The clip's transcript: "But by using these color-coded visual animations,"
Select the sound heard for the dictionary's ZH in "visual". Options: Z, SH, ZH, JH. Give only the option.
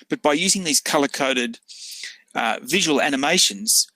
ZH